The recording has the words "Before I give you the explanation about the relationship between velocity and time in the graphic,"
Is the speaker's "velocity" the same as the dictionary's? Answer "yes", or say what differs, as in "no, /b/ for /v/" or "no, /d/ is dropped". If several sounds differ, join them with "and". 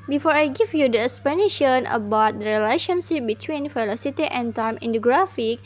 no, /f/ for /v/